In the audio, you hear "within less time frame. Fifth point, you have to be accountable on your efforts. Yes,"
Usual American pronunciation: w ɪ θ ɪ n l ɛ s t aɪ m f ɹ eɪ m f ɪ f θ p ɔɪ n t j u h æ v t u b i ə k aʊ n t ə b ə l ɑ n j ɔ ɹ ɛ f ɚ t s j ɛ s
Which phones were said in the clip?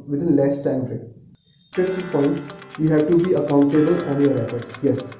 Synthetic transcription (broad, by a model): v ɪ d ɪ n l ɛ s t aɪ m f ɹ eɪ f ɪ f t p ɔɪ n t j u h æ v t u b i ə k aʊ n t ə b ə l ɑ n j ɔ ɹ ɛ f ɚ t s j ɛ s